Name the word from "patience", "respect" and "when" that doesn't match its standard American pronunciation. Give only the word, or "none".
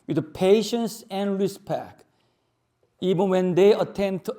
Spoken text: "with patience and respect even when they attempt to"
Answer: respect